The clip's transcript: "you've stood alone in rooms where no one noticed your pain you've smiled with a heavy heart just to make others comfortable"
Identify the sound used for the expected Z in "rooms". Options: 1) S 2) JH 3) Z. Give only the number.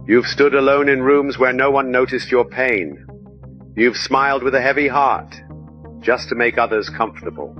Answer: 3